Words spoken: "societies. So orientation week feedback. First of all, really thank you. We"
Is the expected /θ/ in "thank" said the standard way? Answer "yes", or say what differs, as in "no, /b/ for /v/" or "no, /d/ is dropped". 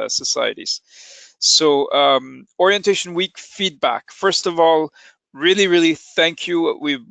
yes